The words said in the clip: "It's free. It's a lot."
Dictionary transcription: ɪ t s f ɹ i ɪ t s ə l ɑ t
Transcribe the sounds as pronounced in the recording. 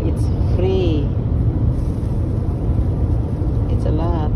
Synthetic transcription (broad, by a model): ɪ t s f ɹ i ɪ t s ə l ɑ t